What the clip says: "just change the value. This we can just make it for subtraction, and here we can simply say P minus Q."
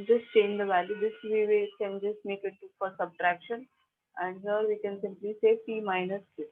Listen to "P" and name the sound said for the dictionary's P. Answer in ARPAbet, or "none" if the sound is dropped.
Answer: F